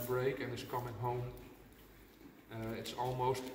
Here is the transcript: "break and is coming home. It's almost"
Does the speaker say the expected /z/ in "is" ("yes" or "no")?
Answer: no